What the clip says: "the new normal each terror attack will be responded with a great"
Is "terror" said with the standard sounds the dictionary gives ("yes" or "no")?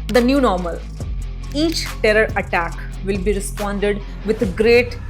yes